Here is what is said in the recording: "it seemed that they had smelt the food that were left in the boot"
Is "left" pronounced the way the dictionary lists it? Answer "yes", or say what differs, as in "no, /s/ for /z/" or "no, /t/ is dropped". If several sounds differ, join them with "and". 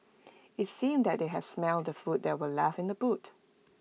no, /t/ is dropped